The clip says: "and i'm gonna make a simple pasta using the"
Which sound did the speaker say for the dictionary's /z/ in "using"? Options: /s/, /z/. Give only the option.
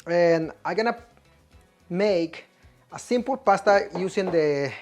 /s/